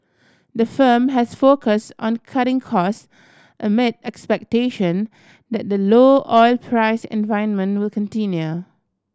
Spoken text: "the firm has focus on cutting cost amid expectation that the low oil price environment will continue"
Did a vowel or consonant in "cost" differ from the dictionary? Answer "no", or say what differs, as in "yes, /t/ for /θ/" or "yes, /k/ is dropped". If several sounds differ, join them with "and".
no